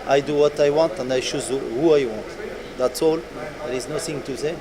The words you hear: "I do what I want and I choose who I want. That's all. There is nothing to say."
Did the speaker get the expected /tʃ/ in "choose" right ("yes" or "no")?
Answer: no